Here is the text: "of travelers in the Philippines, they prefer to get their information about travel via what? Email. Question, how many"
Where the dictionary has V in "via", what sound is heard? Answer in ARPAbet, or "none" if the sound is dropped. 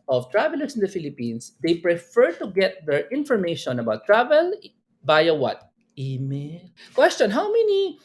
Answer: B